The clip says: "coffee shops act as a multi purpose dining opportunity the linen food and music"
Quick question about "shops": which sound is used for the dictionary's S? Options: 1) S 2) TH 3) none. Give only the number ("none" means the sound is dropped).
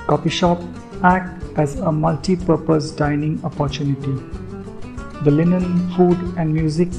3